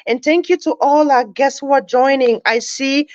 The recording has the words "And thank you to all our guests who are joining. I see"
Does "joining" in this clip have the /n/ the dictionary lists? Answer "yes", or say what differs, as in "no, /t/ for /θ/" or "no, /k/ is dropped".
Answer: yes